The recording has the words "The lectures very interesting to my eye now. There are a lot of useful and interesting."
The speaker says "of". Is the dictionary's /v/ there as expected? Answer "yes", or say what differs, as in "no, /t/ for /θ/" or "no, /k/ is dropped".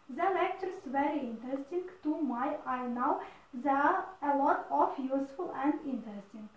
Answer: no, /f/ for /v/